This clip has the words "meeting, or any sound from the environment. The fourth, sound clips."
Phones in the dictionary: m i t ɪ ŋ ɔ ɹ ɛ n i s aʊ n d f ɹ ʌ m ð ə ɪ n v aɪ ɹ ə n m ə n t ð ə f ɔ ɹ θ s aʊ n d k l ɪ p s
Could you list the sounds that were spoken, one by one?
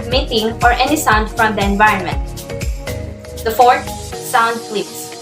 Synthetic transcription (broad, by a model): m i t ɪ ŋ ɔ ɹ ɛ n i s aʊ n d f ɹ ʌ m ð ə ɪ n v aɪ ɹ ə n m ə n t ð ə f ɔ ɹ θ s aʊ n d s l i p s